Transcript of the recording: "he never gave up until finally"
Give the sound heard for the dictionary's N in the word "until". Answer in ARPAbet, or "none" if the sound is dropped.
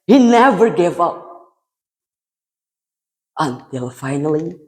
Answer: N